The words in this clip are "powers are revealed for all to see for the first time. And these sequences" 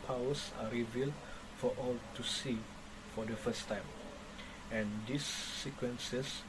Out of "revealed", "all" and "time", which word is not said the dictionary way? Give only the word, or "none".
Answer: none